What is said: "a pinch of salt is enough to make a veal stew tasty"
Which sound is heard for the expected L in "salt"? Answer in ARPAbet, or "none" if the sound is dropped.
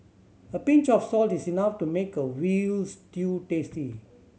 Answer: L